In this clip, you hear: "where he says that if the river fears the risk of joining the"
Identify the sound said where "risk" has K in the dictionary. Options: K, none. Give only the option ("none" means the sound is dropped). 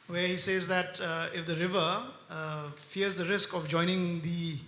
K